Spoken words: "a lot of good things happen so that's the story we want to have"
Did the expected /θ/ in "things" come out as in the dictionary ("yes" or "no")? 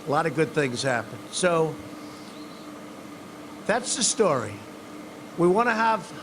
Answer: yes